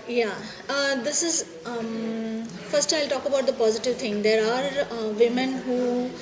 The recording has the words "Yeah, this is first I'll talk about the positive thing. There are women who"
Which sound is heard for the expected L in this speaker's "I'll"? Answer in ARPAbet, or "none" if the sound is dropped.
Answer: L